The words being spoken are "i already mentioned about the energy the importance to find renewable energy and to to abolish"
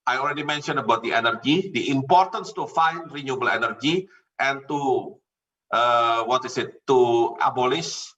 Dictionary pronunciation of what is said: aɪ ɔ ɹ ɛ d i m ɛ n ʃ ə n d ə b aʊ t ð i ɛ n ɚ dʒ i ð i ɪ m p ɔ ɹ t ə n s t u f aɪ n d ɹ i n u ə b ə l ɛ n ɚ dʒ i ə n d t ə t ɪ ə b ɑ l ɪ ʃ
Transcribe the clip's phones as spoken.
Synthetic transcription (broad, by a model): aɪ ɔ l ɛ d i m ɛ n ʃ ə n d ə b aʊ t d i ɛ n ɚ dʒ i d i ɪ m p ɔ ɹ t ə n s t u f aɪ n d ɹ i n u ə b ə l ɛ n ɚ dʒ i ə n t t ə t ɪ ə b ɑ l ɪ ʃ